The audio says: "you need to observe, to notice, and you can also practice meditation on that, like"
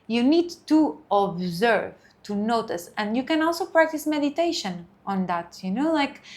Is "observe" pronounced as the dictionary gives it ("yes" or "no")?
yes